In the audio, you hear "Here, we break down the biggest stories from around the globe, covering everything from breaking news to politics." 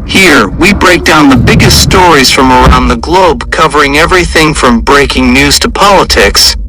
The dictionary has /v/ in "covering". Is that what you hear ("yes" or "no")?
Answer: yes